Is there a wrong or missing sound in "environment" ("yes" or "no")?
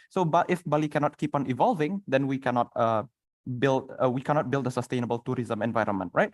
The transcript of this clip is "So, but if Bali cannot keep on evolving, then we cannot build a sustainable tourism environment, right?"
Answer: no